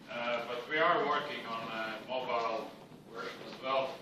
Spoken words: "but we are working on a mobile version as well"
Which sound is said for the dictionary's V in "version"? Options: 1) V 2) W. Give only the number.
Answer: 2